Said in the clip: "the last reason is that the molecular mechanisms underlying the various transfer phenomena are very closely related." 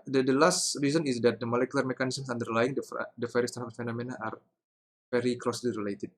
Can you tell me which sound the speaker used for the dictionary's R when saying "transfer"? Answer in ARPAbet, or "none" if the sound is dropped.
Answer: none